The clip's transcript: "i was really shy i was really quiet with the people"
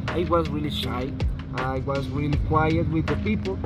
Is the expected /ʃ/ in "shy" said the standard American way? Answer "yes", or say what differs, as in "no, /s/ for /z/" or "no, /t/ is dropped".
yes